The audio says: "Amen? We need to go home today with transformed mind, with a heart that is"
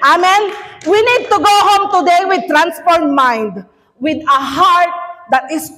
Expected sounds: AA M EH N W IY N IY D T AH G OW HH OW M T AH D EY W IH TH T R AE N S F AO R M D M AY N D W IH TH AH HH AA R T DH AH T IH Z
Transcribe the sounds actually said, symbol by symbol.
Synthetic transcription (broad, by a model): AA M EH N W IY N IY D T AH G OW HH OW M T AH D EY W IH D T R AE N S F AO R D M AY N D W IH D AH HH AA R T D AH T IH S